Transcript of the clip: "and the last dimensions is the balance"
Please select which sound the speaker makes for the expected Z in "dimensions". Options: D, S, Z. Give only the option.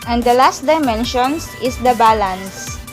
S